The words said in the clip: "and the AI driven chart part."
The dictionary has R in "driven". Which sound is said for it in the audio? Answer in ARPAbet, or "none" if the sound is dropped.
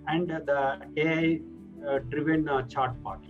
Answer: R